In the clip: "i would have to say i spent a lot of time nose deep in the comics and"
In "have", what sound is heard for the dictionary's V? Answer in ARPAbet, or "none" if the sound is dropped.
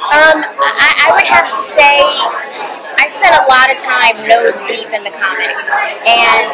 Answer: F